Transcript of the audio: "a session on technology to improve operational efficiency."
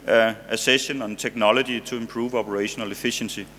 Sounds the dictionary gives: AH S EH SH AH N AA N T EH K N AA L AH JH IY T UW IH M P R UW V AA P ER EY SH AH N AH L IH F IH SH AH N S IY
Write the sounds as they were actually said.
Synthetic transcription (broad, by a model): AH S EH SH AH N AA N S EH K N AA L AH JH IY S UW IH M P R UW V AA P ER EY SH AH N AH L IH F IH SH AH N S IY